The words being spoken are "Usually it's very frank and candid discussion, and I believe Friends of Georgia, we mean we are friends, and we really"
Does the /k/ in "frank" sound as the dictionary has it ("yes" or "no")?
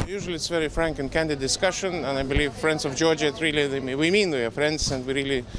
yes